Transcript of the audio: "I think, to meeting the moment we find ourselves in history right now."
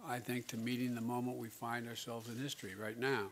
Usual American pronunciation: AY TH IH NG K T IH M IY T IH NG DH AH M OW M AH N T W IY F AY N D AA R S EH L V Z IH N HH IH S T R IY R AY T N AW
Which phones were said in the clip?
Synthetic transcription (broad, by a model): AY TH IH NG K T IH M IY T IH NG DH AH M OW M AH N T W IY F AY N D AA R S EH L V Z IH N HH IH S T R IY R AY T N AW